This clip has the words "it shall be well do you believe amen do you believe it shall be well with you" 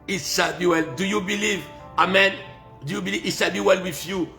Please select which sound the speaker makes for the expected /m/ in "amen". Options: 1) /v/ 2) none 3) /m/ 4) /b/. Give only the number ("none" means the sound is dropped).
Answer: 3